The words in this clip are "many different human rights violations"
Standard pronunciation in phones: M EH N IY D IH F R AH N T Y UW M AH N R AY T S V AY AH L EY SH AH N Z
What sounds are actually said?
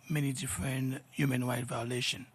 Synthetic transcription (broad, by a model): M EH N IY D IH F R AH N T Y UW M AH N W AY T V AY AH L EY SH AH N